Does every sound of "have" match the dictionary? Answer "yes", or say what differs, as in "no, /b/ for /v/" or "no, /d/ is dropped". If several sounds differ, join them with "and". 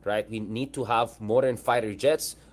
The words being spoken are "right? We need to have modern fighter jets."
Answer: yes